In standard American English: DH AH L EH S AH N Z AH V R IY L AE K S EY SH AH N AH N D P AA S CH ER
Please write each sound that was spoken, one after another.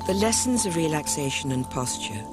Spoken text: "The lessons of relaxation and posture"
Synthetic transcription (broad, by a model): DH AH L EH S AH N Z AH V R IY L AE K S EY SH AH N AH N P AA S CH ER